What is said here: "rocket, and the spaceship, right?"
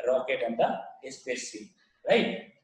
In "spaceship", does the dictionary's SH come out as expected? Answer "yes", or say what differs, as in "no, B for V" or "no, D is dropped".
no, SH is dropped